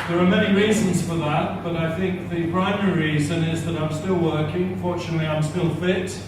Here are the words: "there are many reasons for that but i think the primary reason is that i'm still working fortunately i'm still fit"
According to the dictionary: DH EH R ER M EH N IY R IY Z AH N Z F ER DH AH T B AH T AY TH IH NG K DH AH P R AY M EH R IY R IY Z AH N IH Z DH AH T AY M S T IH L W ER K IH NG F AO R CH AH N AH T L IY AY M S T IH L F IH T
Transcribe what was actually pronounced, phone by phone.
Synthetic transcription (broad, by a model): DH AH R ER M EH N IY R IY Z AH N Z F ER DH AH T B AH T AY TH IH NG K DH AH P R AY M EH R IY R IY Z AH N IH Z DH AH T AY M S T IH L W ER K IH NG F AO R CH AH N AH T L IY AY M S T IH L F IH T